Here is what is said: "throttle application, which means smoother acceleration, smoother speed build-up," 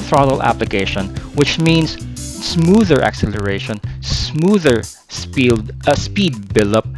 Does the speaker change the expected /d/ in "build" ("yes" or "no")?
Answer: yes